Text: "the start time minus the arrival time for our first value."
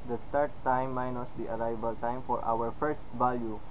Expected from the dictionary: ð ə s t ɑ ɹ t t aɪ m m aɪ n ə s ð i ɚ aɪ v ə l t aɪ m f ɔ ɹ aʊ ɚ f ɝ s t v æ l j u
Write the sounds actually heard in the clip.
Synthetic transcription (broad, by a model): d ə s t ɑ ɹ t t aɪ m m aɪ n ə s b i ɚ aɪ b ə l t aɪ m f ɔ ɹ aʊ ɚ f ɝ s t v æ l j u